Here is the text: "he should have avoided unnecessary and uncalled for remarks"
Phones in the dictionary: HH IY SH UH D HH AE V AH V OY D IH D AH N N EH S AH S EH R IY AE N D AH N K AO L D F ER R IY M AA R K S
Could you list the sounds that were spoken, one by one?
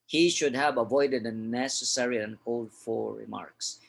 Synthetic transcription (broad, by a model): HH IY SH UH D HH AE V AH V OY D IH D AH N N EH S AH S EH R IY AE AH N K AO L D F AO R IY M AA R K S